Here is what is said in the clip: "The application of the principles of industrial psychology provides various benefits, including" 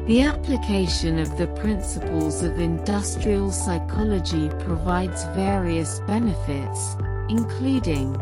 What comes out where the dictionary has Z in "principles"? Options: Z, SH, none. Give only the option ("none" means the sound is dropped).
Z